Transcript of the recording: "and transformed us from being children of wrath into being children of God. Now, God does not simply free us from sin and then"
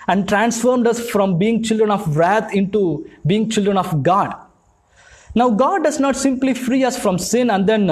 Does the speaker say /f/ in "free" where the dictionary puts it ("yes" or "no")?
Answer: yes